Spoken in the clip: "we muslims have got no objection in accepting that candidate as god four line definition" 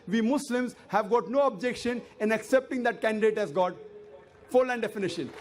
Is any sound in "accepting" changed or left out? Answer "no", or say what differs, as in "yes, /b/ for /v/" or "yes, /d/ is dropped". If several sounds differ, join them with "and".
no